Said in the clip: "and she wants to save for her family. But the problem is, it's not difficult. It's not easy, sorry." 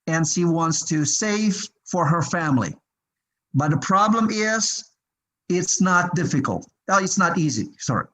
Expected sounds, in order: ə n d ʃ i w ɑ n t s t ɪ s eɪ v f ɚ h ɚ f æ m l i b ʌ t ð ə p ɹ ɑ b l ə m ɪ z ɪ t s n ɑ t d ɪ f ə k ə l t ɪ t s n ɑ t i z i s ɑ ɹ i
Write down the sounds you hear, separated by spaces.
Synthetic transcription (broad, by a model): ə n ʃ i w ɑ n t s t ɪ s eɪ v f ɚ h ɚ f æ m l i b ʌ t ð ə p ɹ ɑ b l ə m ɪ z ɪ t s n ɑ t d ɪ f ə k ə l t ɪ t s n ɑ t i z i s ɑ ɹ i